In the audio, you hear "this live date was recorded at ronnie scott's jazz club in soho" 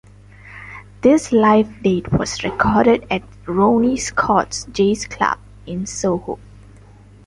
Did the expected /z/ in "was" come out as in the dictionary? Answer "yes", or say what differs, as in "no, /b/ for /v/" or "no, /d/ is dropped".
no, /s/ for /z/